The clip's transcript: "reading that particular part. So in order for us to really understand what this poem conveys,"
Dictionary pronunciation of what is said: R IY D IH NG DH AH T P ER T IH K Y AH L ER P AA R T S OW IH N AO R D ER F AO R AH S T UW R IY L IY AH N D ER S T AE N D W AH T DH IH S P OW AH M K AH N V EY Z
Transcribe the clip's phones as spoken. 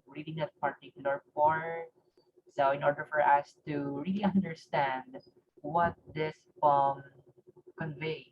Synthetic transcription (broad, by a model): R IY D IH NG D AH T P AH T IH K Y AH L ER F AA R S OW IH N AO R D ER F AO R AH S T UW R IY L IY AH N D ER S T AE N D W AH T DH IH S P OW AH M K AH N V EY